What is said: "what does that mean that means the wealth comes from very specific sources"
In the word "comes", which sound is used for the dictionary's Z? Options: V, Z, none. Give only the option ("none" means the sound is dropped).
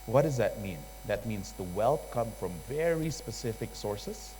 none